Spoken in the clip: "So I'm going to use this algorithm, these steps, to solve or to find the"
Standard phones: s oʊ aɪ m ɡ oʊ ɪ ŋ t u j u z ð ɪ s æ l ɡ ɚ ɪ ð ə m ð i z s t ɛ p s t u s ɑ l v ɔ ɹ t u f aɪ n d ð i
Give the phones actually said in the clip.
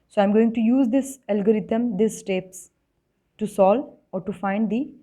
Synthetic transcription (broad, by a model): s oʊ aɪ m ɡ oʊ ɪ ŋ t u j u z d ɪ s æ l ɡ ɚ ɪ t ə m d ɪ s t ɛ p s t u s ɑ l ɔ ɹ t u f aɪ n d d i